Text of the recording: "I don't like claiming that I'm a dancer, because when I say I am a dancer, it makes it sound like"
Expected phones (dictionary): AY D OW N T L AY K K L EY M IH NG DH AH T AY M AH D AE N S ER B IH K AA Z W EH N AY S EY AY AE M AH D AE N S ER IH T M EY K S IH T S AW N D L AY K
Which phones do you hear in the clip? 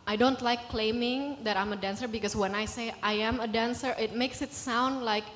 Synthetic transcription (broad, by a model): AY D OW N T L AY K K L EY M IH NG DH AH T AY M AH D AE N S ER B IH K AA S W EH N AY S EY AY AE M AH D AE N S ER IH T M EY K S IH T S AW N D L AY K